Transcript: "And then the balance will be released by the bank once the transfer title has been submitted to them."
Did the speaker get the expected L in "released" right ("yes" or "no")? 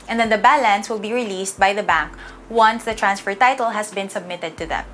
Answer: yes